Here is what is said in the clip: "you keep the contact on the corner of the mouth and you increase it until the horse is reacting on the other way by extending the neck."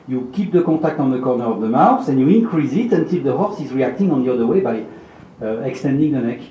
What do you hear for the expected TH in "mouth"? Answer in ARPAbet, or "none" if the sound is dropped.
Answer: S